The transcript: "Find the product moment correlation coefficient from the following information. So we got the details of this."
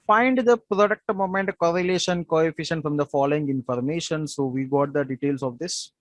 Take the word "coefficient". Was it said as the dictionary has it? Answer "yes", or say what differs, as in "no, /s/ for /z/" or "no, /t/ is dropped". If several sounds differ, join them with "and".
yes